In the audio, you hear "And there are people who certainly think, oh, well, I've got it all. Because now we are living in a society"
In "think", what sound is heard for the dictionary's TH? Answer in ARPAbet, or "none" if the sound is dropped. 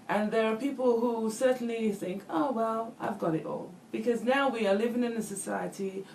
TH